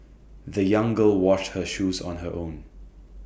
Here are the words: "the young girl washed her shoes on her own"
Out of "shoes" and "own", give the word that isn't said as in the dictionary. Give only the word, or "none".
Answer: none